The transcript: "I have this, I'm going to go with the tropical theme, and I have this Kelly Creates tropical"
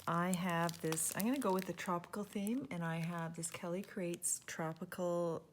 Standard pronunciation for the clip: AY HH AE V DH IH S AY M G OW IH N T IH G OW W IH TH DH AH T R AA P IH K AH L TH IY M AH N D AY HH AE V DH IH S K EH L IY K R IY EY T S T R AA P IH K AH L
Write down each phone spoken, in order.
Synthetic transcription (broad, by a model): AY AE V DH IH S AY M G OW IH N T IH G OW W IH DH AH T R AA P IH K L TH IY M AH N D AY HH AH V DH IH S K EH L IY K R IY EY T S T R AA P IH K L